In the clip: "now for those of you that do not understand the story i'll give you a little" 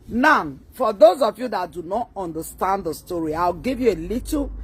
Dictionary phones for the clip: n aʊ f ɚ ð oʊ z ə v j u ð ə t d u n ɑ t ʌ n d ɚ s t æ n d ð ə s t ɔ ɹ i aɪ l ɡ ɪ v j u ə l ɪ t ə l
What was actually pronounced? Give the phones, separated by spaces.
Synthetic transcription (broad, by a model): n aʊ f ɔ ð oʊ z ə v j u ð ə t d u n ɑ t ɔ n d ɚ s t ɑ n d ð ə s t ɔ ɹ i aɪ w ɡ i v j u ə l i t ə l